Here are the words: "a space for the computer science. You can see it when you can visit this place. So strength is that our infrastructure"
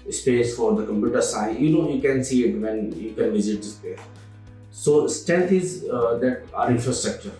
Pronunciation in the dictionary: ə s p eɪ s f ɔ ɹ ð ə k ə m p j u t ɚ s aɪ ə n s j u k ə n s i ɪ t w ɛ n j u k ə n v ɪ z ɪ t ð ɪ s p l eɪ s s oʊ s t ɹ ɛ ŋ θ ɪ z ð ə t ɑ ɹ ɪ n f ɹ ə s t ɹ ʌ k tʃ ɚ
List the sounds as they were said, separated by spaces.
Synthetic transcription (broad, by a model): s p eɪ s f ɔ ɹ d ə k ə m p j u t ɚ s aɪ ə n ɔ j u k ə n s i ɪ t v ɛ n j u k ə n v ɪ z ɪ t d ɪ s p eɪ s s oʊ s t ɛ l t ɪ z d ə t ɑ ɹ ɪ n f ɹ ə s t ɹ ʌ k tʃ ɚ